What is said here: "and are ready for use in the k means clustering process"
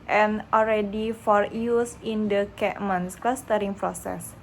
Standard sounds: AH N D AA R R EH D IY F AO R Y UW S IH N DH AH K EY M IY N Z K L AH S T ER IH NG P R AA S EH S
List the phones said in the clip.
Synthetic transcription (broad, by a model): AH N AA L R EH D IY F AO R Y UW S IH N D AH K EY M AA N S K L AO S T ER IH NG P R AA S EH S